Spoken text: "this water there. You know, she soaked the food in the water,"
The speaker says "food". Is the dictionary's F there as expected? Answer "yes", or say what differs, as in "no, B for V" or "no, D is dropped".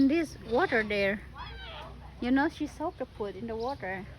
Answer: no, P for F